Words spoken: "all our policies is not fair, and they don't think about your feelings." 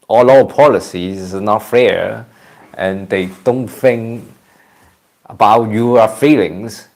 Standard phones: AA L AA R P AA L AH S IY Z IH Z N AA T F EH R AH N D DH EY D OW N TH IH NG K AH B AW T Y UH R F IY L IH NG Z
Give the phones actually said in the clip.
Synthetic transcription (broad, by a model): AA L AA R P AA L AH S IY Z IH N AA T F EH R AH N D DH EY D OW N TH IH NG K AH B AW T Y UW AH F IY L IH NG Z